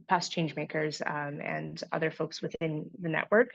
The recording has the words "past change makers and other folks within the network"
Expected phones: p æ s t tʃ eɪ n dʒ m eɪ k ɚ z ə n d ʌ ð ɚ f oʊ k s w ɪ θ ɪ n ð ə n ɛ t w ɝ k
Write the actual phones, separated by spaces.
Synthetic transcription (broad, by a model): p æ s tʃ eɪ n dʒ m eɪ k ɚ z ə n ʌ ð ɚ f oʊ k s w ɪ θ ɪ n ð ə n ɛ t w ɝ k